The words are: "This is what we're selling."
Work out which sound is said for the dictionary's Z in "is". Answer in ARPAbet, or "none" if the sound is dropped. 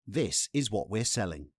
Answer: Z